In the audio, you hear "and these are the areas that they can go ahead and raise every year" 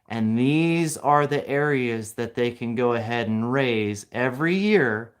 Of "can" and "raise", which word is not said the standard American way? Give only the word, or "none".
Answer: none